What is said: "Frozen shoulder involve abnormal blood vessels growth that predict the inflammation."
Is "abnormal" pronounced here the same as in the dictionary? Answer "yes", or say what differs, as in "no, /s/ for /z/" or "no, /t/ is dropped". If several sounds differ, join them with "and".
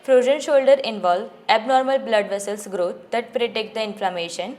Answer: yes